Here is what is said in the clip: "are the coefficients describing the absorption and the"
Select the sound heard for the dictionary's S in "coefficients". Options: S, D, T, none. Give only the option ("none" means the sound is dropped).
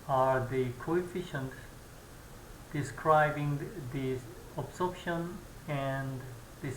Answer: none